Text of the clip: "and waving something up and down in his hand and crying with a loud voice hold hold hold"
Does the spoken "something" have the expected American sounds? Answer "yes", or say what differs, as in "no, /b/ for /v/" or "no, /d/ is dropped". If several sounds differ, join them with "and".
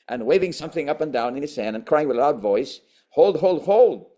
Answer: yes